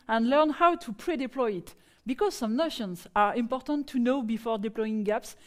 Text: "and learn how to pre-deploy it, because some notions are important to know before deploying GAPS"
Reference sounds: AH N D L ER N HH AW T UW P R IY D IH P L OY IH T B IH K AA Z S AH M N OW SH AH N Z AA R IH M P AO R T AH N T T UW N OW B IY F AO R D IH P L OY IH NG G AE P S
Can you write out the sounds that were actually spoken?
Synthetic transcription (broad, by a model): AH N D L ER N HH AW T UW P R IY D IH P L OY IH T B IH K AA Z S AH M N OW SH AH N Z AA R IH M P AO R T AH N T T UW N OW B IY F AO R D IH P L OY IH NG G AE P S